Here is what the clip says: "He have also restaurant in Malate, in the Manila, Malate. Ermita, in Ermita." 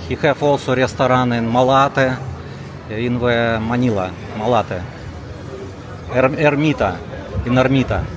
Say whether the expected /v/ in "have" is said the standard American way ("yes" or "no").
no